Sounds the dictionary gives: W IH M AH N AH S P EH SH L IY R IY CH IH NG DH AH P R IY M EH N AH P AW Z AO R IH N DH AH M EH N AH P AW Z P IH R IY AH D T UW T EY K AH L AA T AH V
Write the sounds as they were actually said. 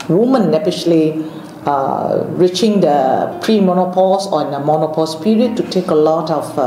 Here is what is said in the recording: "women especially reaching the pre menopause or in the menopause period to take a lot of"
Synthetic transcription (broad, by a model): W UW M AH N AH P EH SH L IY R IY CH IH NG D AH P R IY M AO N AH P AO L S IH N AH M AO N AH P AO S P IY R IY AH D T UW T EY K AH L AA T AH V